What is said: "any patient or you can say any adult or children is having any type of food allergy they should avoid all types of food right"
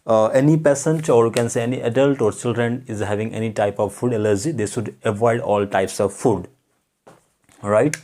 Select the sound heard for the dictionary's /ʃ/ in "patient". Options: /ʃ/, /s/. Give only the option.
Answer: /s/